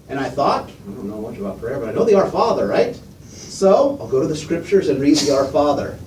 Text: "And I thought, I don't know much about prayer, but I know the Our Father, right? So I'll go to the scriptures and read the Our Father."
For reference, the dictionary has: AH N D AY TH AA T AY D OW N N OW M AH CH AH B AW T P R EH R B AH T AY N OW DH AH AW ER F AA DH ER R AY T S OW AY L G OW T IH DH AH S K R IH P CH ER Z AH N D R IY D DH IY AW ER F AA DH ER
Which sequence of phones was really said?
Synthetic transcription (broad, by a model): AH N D AY TH AA T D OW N N OW M AH CH AH B AW T P R EH R B AH T AY N OW DH AH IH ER F AA DH ER R AY T S OW AY L G OW T IH DH AH S K R IH P CH ER Z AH N R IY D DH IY AW ER F AA DH ER